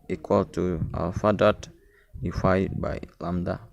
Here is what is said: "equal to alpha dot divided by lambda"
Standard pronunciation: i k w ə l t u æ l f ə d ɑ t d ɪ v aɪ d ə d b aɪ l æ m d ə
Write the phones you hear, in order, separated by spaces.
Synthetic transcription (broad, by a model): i k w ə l t u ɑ l f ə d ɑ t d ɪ f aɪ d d b aɪ l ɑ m d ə